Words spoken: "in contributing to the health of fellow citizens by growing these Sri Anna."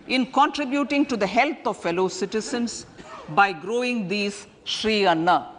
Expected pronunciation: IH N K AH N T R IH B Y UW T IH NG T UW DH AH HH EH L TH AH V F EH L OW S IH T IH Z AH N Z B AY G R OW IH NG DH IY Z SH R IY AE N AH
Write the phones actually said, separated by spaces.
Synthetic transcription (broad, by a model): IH N K AH N T R IH B Y UW T IH NG T UW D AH HH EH L T AH V F EH L OW S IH T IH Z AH N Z B AY G R OW IH NG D IY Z SH R IY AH N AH